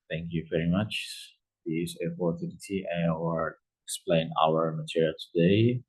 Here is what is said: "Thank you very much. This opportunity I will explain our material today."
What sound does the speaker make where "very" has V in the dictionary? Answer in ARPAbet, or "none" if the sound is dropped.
V